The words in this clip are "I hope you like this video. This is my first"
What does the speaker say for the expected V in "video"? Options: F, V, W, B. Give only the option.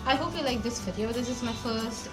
F